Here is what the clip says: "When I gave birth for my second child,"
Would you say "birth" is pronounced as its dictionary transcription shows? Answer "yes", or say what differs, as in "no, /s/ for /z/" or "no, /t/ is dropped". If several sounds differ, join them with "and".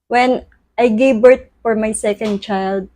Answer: no, /t/ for /θ/